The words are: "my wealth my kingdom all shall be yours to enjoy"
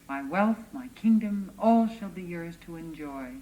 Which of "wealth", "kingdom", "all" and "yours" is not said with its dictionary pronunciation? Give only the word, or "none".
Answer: none